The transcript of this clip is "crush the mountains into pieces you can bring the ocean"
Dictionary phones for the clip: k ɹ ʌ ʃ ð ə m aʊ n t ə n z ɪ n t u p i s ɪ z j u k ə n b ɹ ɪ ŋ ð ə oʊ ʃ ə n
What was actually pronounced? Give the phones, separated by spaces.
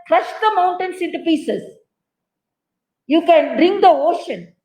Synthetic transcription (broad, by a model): k ɹ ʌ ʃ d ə m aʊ n t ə n s ɪ n t u p i s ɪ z j u k ə n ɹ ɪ ŋ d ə oʊ ʃ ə n